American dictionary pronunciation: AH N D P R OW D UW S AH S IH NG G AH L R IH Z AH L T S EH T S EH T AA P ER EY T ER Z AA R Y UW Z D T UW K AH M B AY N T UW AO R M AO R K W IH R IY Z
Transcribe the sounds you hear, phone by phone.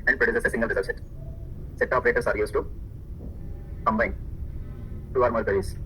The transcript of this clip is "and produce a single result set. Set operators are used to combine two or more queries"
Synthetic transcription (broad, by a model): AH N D P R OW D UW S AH S IH NG G AH L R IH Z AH T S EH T S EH T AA P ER EY T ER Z AA R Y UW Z T UW K AH M B AY N T UW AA R M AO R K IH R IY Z